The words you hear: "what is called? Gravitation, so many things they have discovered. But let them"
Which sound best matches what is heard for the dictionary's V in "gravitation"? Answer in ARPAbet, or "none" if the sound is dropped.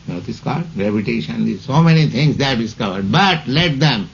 P